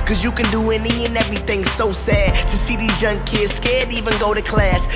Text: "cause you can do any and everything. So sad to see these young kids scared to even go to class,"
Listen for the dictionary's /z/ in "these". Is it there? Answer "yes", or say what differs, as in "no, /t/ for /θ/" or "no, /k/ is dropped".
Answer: yes